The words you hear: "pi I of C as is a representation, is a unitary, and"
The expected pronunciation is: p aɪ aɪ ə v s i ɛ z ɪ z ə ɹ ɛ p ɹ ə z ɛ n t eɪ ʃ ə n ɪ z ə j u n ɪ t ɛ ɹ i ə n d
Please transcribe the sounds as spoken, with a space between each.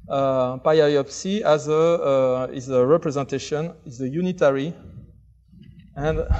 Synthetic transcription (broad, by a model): p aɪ aɪ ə p s i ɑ z ɪ z ə ɹ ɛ p ɹ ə z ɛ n t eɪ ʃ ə n ɪ z ə j u n ɪ t ɛ ɹ i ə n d